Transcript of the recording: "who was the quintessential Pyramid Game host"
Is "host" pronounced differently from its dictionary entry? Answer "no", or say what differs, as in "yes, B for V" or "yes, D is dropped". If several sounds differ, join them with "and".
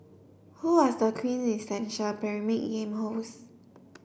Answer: yes, T is dropped